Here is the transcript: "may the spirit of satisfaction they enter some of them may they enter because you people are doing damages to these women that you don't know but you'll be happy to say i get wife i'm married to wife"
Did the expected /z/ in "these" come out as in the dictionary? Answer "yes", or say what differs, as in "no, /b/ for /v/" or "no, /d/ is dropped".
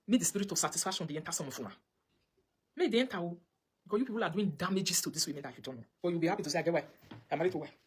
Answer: no, /s/ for /z/